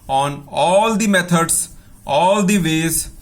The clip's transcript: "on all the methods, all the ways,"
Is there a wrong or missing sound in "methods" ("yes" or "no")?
yes